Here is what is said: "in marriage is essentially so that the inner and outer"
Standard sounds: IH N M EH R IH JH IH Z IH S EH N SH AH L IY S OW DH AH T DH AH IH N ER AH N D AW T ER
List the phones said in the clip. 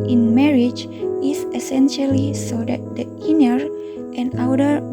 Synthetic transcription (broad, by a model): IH N M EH R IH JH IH S IH S EH N SH AH L IY S OW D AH T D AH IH N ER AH N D AW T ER